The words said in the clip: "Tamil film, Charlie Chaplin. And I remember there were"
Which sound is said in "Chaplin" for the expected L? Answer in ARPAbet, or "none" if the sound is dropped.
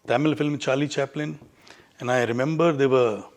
L